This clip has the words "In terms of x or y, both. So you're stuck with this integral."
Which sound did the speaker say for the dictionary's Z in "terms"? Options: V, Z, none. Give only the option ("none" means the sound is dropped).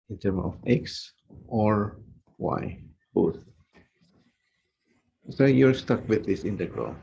none